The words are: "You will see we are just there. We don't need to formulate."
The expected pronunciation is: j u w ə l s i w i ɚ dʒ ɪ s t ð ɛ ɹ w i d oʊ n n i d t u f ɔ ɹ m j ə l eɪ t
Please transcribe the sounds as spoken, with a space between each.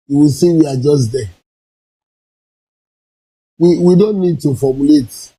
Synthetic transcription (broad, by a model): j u w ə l s i w i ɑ dʒ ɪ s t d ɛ w w i d oʊ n n i d t u f ɔ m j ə l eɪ t